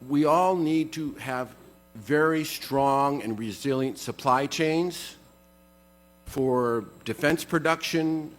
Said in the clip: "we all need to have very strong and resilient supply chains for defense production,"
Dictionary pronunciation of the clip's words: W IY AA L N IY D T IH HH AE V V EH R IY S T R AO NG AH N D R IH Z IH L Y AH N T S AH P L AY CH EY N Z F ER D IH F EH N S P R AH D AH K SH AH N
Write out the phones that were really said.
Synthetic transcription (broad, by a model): W IY AA L N IY D T IH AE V V EH R IY S T R AO NG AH N R IH Z IH L Y AH N T S AH P L AY CH EY N Z F ER D IH F EH N S P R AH D AH K SH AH N